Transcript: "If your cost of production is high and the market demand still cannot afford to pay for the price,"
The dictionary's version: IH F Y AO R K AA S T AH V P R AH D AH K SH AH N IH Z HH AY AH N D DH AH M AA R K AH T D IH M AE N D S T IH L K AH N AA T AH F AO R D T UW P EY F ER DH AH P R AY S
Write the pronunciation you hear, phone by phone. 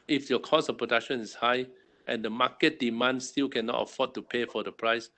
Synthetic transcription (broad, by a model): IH F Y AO K AA S AH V P R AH D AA K SH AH N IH S HH AY AH N D AH M AA K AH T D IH M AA N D S T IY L K AH N AA T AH F AO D T UW P EY F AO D AH P R AY S